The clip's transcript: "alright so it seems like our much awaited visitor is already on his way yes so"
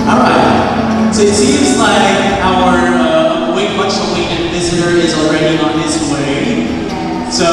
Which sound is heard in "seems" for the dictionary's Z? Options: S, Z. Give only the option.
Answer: Z